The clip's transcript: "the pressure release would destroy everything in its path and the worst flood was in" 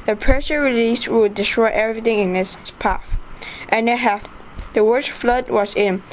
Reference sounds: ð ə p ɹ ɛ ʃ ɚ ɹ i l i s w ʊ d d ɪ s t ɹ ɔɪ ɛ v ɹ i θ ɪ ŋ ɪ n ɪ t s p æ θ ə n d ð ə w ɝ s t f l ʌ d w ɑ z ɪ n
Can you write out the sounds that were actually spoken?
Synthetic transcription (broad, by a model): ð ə p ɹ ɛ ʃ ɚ ɹ i l i s w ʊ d d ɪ s t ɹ ɔɪ ɛ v ɹ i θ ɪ ŋ ɪ n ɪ s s p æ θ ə n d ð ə w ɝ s f l ʌ d w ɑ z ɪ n